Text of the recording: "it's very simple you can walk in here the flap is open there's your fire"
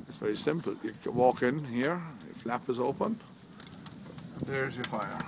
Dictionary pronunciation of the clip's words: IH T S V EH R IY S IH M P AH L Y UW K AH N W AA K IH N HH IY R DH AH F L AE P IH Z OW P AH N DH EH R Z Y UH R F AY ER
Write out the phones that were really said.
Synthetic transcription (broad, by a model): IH T S V EH R IY S IH M P AH L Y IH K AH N W AA K IH N HH IY R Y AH F L AE P IH Z OW P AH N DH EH R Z Y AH R F AY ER